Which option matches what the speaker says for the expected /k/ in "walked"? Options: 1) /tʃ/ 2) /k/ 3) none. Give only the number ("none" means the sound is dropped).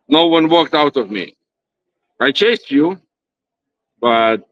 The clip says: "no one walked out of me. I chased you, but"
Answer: 2